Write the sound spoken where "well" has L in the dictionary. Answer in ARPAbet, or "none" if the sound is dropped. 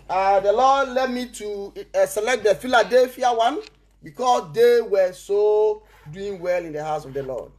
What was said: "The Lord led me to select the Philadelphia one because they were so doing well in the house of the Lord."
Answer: L